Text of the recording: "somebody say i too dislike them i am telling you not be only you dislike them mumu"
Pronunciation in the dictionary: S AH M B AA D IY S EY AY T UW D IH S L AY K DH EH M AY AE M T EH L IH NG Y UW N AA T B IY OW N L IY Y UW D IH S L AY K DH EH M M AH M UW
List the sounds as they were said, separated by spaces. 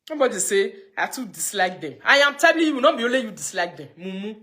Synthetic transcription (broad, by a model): S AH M B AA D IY S EY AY T UW D IH S L AY K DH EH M AY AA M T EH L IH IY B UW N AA B IY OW L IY Y UW D IH S L AY K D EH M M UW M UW